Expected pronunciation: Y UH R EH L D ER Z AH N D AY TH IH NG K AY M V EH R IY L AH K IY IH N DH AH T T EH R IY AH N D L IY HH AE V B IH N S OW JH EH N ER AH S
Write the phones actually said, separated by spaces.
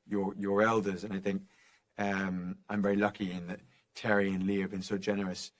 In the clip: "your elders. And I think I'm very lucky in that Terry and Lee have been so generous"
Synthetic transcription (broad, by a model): Y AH R EH L D ER Z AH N AY TH IH NG K AY M V EH R IY L AH K IY IH N DH AH T T EH R IY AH N L IY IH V B IH N S OW JH EH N ER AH S